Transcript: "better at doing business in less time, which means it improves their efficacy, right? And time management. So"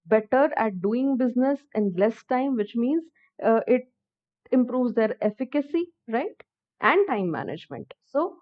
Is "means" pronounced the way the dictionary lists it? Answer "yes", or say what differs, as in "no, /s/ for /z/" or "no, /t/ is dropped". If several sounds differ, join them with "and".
yes